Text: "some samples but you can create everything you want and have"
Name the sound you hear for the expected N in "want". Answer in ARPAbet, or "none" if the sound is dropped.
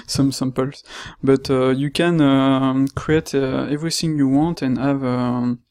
N